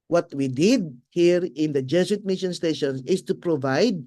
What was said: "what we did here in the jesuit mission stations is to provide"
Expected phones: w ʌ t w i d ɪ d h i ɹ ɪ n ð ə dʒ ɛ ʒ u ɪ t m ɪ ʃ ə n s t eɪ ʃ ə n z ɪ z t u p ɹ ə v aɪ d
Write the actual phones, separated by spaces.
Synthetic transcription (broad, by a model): w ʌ t w i d ɪ d h i ɹ ɪ n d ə dʒ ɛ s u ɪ t m ɪ ʃ ə n s t eɪ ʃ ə n s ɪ s t u p ɹ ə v aɪ d